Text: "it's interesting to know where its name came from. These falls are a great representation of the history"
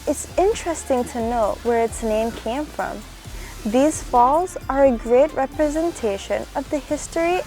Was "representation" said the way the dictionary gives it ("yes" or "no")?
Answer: yes